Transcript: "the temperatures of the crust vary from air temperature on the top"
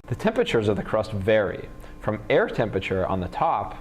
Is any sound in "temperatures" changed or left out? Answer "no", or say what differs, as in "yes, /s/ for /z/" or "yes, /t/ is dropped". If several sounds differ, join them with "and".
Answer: no